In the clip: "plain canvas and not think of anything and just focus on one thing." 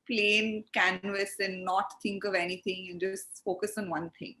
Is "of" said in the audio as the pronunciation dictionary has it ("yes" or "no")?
yes